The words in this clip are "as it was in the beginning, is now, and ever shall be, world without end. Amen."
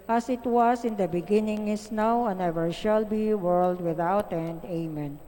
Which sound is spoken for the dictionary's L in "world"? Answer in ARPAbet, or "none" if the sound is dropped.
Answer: L